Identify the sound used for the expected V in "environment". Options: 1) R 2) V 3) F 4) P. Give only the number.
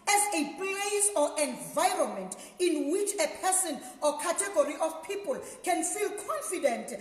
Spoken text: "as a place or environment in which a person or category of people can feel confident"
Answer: 2